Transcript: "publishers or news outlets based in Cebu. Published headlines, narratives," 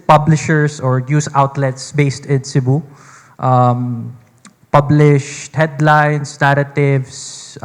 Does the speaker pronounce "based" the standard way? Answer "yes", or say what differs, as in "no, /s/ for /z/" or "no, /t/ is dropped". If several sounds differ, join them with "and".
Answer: yes